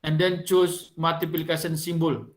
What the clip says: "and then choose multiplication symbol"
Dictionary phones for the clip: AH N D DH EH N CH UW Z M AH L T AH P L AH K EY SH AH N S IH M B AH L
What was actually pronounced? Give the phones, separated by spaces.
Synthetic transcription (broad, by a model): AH N D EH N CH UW S M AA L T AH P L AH K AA S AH N S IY M B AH L